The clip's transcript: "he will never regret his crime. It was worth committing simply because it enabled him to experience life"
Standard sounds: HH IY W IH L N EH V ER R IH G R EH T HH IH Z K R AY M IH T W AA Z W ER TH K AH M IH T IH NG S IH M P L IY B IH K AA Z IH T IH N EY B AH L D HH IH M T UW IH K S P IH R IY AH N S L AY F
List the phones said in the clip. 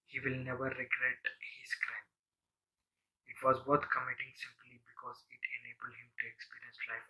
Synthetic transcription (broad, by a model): HH IY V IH L N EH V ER R IH G R EH T HH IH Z K R AY M IH T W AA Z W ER T K AH M IH T IH NG S IH M P L IY B IH K AA Z IH T IH N EY B AH L D HH IH M T UW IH K S P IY R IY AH N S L AY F